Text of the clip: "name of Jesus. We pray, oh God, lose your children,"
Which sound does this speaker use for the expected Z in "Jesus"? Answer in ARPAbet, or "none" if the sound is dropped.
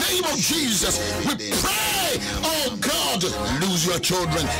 Z